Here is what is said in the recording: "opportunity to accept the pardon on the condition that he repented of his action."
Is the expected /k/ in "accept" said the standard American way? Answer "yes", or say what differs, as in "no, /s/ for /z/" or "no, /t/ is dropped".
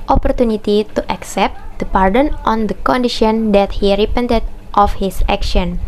yes